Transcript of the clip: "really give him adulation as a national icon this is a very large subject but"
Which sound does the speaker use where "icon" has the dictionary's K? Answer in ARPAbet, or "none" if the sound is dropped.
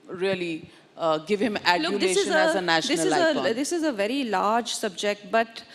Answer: none